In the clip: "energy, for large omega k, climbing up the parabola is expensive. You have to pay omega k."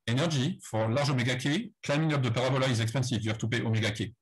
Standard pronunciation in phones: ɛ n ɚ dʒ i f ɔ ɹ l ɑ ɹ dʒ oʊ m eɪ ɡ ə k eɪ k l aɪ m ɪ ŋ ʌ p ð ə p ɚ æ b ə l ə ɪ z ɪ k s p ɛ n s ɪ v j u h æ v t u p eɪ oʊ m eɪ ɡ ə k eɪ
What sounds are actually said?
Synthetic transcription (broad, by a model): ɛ n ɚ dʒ i f ɔ ɹ l ɑ ɹ ʒ oʊ m eɪ ɡ ə k eɪ k l aɪ m ɪ ŋ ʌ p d ə p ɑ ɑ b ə l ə ɪ z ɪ k s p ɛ n s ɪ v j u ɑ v t u p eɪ oʊ m eɪ ɡ ə k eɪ